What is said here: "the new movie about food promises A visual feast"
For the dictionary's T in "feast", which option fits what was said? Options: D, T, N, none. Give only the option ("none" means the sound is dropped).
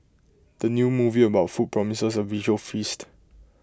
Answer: T